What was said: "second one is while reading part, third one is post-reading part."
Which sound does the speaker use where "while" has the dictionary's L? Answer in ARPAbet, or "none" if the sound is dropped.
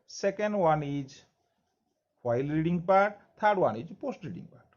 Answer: L